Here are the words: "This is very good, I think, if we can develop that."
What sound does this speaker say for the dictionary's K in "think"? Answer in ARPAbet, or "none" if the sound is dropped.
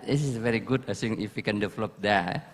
none